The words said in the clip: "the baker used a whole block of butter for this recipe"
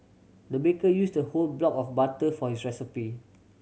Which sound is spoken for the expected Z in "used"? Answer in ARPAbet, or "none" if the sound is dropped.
S